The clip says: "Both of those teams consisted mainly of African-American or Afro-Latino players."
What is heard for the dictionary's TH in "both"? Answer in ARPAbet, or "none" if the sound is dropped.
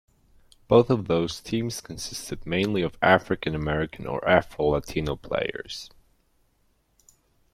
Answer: TH